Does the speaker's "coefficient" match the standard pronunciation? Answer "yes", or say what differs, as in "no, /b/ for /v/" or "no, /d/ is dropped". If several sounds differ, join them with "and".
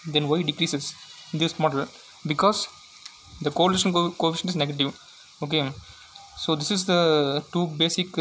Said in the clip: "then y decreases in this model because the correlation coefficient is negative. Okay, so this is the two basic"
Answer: no, /t/ is dropped